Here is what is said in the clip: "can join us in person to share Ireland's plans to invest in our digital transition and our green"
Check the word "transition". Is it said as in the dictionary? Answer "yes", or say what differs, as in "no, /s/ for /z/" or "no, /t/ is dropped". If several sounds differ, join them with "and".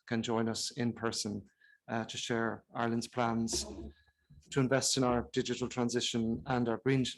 yes